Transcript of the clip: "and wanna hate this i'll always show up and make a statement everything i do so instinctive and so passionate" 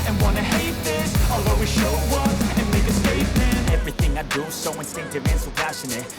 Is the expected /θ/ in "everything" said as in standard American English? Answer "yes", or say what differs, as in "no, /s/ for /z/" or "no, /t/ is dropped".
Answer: yes